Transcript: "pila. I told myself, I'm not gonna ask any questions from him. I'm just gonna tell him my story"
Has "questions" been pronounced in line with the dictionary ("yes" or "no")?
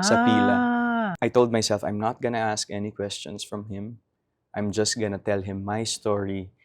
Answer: no